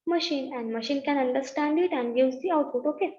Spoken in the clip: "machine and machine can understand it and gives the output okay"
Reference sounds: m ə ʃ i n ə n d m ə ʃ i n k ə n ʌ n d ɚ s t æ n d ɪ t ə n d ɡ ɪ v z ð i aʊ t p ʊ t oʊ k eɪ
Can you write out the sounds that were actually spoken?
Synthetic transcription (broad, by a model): m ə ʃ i n ə n d m ə ʃ i n k ə n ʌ n d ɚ s t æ n d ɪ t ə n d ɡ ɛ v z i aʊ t u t oʊ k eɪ